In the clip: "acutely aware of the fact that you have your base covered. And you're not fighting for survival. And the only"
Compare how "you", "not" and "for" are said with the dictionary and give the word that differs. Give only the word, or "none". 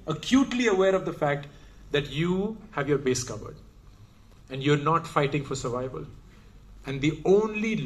none